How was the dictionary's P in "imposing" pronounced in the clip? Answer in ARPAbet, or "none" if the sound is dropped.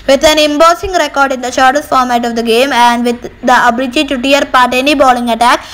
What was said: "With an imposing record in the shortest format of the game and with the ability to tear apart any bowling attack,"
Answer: B